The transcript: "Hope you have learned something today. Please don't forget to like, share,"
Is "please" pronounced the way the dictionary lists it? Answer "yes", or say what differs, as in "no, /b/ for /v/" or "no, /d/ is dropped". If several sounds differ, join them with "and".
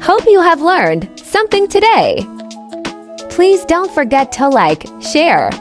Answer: yes